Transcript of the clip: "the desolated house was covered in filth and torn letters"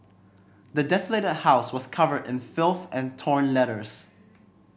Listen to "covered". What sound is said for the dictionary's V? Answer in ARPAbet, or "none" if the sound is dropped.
V